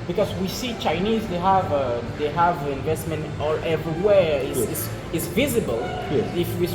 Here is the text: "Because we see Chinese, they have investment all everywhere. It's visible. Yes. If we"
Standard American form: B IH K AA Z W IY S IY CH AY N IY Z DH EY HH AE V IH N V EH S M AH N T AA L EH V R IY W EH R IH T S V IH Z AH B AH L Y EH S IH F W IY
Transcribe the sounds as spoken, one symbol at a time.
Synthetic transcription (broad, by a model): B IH K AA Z W IY S IY CH AY N IY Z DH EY HH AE V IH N V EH S M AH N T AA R EH V R IY W EH R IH S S V IH Z AH B AH L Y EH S IH F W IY